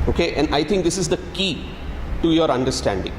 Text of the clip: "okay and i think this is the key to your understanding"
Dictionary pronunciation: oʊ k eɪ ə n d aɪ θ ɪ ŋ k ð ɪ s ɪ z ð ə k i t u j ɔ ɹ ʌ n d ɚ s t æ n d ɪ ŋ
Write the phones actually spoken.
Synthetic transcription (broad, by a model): oʊ k eɪ ə n d aɪ t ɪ ŋ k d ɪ s ɪ z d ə k i t u j ɔ ɹ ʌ n d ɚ s t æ n d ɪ ŋ